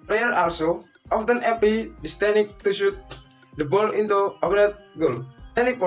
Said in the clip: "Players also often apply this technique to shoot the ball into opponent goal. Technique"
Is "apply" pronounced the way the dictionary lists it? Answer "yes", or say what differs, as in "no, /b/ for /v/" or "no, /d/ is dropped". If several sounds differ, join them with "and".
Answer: no, /l/ is dropped